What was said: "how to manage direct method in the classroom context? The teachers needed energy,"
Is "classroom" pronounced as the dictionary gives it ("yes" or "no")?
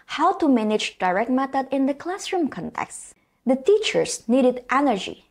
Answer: yes